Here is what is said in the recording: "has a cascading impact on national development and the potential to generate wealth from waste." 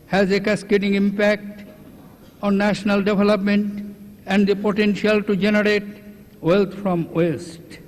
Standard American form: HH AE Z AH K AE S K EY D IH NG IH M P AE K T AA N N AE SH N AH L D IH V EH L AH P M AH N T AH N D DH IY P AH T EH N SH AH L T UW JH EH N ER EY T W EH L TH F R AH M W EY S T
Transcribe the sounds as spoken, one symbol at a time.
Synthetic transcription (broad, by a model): HH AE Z AH K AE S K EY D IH NG IH M P AE K T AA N N AE SH N AH L D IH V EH L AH P M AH N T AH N D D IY P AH T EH N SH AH L T UW JH EH N ER EY T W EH L T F R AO M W EY S T